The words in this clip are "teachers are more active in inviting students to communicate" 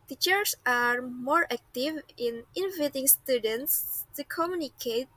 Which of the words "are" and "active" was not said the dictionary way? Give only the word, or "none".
none